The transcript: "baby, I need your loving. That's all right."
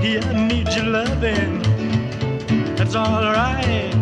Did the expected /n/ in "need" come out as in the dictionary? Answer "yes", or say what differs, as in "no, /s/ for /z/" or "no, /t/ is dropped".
yes